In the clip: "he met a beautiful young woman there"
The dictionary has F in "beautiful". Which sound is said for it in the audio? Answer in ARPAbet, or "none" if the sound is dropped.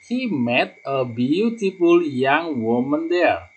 P